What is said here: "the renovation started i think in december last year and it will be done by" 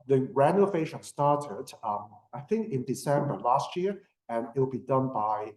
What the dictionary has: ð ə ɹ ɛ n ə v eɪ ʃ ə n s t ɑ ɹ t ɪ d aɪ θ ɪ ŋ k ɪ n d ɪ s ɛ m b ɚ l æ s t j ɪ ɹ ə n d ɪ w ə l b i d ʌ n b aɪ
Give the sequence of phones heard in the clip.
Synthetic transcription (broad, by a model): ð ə ɹ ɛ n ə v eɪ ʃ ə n s t ɑ ɹ t ɪ d aɪ θ ɪ ŋ k ɪ n d ɪ s ɛ m b ɚ l æ s t j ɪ ɹ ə n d ɪ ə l b i d ʌ n b aɪ